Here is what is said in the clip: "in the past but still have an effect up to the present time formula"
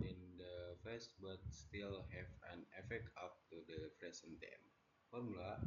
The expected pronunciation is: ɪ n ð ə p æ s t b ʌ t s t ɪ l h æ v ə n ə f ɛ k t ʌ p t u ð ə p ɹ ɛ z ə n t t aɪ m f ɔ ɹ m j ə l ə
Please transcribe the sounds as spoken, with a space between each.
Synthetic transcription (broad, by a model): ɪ n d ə f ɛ s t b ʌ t s t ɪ l h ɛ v ə n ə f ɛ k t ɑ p t u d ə f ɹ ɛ s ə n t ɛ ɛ m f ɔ ɹ m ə l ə